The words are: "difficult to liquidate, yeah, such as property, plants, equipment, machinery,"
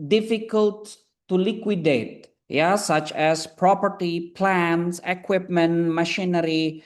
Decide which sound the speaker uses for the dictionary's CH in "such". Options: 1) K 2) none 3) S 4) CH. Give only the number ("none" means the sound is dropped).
4